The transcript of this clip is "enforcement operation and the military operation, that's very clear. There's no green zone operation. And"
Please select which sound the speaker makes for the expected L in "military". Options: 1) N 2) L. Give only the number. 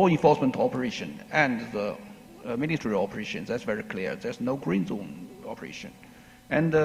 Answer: 1